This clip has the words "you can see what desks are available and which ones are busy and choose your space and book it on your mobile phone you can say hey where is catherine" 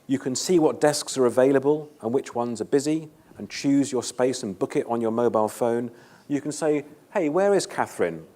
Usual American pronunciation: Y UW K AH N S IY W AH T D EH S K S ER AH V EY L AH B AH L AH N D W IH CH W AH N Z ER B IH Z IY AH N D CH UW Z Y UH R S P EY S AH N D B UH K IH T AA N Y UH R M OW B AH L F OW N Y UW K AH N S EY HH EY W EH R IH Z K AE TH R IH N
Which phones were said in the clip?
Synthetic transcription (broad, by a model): Y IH K AH N S IY W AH T D EH S K S ER AH V EY L AH B AH L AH N W IH CH W AH N Z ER B IH Z IY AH N CH UW Z Y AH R S P EY S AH N B UH K IH T N Y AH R M OW B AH L F OW N Y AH K AH N S EY HH EY W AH R IH Z K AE TH R IH N